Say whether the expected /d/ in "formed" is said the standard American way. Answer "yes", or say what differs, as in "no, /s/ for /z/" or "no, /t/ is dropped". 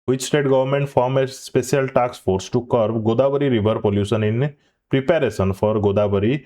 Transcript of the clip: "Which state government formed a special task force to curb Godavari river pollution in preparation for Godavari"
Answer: no, /d/ is dropped